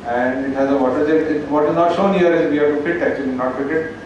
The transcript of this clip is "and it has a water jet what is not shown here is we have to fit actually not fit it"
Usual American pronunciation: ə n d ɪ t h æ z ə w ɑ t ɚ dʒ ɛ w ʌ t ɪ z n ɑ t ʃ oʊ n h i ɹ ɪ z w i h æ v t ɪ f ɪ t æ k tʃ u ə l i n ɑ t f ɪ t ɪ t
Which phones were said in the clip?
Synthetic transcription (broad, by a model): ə n d ɪ t h æ z ə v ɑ t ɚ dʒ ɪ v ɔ t ɪ z n ɑ t ʃ oʊ n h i ɹ ɪ z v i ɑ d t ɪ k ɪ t æ k tʃ u ə l i n ɑ t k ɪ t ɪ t